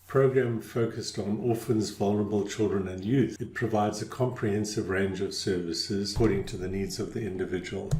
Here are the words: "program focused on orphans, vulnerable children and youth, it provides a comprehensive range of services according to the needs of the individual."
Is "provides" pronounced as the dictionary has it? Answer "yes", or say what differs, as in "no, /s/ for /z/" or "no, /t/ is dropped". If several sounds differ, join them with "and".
yes